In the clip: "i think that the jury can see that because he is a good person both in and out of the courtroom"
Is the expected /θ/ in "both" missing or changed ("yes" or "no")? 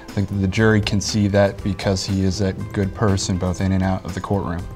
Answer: no